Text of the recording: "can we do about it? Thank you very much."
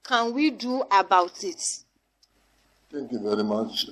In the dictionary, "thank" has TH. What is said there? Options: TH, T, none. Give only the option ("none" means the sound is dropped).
T